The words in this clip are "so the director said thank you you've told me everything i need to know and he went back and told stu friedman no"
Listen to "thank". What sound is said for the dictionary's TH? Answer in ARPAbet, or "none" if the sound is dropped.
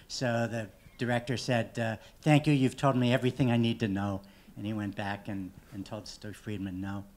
TH